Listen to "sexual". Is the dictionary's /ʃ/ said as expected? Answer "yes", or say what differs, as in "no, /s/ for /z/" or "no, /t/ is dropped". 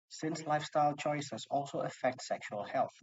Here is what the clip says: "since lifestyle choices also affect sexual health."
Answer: yes